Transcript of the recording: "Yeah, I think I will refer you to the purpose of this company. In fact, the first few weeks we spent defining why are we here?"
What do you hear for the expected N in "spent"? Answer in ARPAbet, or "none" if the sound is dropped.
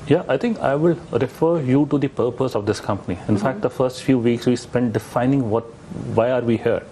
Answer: N